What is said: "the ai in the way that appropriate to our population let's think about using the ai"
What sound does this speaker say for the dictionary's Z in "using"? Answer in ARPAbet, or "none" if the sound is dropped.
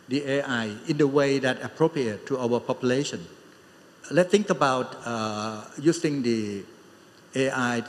S